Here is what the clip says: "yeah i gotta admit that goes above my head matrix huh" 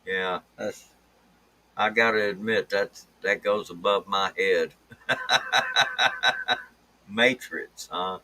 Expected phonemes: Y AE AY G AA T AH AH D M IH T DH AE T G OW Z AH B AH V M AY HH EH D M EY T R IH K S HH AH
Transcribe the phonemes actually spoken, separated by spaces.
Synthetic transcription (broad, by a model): Y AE AY G AA T AH D M IH T DH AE T G OW Z AH B AH V M AY HH EH D M EY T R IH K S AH